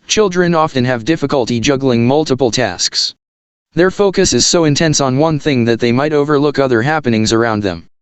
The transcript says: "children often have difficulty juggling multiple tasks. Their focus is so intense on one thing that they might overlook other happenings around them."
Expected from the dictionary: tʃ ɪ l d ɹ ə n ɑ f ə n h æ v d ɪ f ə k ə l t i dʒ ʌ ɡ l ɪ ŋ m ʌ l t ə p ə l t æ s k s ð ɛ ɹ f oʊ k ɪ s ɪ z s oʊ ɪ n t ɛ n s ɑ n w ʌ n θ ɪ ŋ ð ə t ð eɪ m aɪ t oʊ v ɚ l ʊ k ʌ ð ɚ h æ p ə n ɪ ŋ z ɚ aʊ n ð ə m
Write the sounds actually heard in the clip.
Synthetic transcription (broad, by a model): tʃ ɪ l d ɹ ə n ɑ f ə n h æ v d ɪ f ə k ə l t i dʒ ʌ ɡ l ɪ ŋ m ʌ l t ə p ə l t æ s k s ð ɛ ɹ f oʊ k ɪ s ɪ z s oʊ ɪ n t ɛ n s n w ʌ n θ ɪ ŋ ð ə t ð eɪ m aɪ t oʊ v ɚ l ʊ k ʌ ð ɚ h æ p ə n ɪ ŋ z ɚ aʊ n ð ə m